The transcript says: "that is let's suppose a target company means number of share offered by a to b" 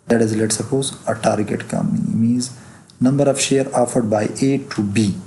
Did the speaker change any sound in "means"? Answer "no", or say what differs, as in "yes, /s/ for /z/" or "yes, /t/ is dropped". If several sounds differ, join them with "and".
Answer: yes, /n/ is dropped